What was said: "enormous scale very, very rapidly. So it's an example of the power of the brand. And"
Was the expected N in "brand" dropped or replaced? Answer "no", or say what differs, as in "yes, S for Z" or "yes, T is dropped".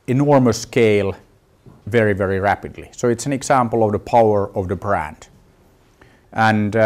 no